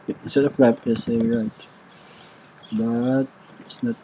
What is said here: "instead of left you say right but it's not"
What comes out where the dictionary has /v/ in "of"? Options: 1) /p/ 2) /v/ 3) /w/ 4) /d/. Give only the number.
1